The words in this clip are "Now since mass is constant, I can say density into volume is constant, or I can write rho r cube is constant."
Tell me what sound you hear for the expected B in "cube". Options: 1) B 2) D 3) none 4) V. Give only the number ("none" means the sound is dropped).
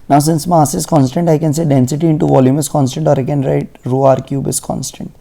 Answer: 1